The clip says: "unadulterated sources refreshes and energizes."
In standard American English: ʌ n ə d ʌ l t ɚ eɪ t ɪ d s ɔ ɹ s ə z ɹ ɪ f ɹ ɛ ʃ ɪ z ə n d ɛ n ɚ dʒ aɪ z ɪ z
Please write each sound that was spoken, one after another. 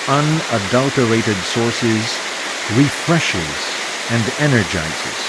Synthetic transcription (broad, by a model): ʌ n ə d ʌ l t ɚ eɪ t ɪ d s ɔ ɹ s ə z ɹ ɪ f ɹ ɛ ʃ ɪ z ə n d ɛ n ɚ dʒ aɪ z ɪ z